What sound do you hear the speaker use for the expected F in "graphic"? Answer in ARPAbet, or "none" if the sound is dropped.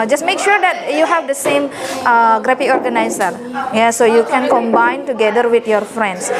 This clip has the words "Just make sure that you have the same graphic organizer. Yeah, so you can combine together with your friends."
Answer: P